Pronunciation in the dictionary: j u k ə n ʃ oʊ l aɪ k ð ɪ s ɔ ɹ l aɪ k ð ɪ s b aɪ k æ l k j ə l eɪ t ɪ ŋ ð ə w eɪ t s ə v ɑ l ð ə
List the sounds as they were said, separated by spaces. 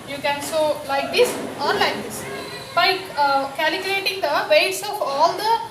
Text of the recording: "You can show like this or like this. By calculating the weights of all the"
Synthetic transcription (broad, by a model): j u k ə n s oʊ l aɪ k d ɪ s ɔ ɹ l aɪ k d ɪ s b aɪ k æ l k j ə l eɪ t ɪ ŋ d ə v eɪ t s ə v ɑ l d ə